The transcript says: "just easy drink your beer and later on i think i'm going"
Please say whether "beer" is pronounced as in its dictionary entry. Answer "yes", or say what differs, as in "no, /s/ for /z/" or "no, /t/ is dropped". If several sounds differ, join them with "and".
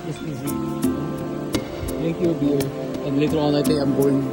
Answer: no, /l/ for /ɹ/